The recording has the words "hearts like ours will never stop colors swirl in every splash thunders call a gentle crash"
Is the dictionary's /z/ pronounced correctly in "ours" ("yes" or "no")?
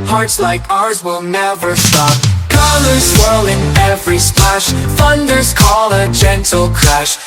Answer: yes